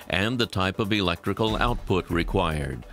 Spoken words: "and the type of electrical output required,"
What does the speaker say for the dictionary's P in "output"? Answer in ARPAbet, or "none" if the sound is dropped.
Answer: P